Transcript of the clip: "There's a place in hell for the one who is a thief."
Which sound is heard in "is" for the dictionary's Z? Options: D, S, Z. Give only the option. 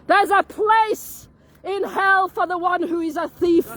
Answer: Z